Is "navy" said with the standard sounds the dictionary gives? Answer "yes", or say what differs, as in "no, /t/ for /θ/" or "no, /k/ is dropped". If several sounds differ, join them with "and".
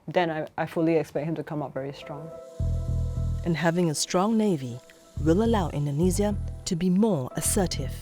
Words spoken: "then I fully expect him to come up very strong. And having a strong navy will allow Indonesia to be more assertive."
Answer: yes